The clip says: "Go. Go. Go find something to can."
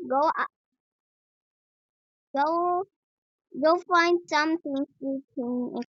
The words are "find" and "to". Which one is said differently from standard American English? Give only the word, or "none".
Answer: to